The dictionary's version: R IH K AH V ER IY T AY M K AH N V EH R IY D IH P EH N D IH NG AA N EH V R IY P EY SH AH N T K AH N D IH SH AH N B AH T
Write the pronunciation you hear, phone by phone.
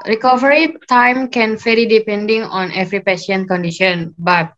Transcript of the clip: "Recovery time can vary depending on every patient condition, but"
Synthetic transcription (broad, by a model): R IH K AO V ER IY T AY M K AH N F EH L IY D IH P EH N D IH NG AA N EH V R IY P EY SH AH N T K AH N D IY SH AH N B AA T